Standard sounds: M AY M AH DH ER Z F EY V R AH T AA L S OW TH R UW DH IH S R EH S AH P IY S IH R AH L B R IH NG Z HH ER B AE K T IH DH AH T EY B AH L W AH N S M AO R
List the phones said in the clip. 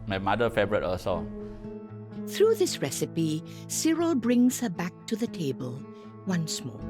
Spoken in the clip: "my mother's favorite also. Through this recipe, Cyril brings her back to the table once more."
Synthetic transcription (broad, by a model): M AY M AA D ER F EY B R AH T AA S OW TH R UW DH IH S R EH S AH P IY S IH R AH L B R IH NG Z HH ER B AE K T IH DH AH T EY B AH L W AH N S M AO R